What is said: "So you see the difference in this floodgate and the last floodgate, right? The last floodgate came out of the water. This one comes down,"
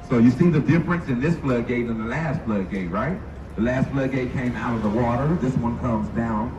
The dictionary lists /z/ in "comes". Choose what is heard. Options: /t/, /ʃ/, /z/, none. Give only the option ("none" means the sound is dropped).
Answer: /z/